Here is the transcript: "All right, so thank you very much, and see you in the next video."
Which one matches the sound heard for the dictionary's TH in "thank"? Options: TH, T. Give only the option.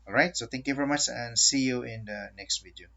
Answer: T